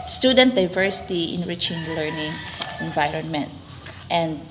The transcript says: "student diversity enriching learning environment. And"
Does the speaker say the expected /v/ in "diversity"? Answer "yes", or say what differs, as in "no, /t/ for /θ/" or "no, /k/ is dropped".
yes